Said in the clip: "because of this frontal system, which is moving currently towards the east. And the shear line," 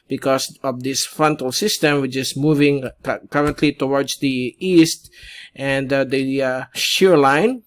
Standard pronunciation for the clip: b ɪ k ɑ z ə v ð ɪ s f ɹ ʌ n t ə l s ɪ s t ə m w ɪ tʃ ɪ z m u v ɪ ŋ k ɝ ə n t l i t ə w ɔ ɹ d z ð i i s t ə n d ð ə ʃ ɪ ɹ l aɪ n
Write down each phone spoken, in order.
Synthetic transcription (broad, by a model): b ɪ k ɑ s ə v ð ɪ s f ɹ ʌ n t ə l s ɪ s t ə m w ɪ tʃ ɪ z m u v ɪ ŋ k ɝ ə n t l i t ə w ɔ ɹ d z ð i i s t ə n d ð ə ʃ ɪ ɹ l aɪ n